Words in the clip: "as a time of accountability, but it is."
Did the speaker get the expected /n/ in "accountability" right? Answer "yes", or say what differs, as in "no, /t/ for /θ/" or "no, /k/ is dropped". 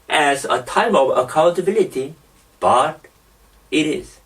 no, /l/ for /n/